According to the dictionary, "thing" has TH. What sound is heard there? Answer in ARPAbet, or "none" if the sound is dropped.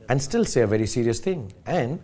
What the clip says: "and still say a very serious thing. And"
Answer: T